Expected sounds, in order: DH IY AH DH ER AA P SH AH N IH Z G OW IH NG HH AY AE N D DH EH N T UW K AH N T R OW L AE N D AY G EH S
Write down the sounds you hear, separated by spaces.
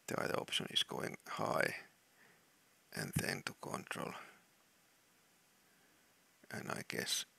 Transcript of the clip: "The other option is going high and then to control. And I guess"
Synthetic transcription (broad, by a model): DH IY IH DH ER AA P SH AH N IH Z G OW IH NG HH AY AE N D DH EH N T UW K AH N T R OW L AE N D AY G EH S